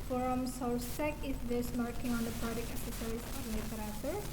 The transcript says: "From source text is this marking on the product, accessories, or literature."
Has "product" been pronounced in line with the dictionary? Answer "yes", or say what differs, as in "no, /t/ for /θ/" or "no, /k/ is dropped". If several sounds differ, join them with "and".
no, /t/ is dropped